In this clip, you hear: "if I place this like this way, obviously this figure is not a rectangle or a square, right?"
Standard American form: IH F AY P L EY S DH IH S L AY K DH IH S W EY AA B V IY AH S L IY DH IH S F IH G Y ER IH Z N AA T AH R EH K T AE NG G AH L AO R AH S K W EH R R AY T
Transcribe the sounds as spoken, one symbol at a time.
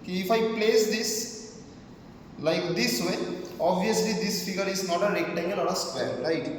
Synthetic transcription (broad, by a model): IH F AY P L EY S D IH S L AY K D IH S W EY AA B V IY AH S L IY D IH S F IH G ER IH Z N AA T AH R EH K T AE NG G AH L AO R AH S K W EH L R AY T